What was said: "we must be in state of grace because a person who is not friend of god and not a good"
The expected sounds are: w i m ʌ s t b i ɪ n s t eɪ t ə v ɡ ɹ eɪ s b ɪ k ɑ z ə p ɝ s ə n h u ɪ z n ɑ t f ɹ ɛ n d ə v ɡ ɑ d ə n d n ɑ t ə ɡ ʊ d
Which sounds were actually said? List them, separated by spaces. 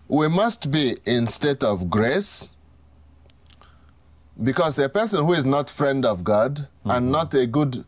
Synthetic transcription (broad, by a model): w i m ʌ s t b i ɪ n s t eɪ t ə v ɡ ɹ eɪ s b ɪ k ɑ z ə p ɝ s ə n h u ɪ z n ɑ t f ɹ ɛ n d ə v ɡ ɑ d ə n n ɑ t ə ɡ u d